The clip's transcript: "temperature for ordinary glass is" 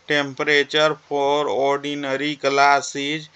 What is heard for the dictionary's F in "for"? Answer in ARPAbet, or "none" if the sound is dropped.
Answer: P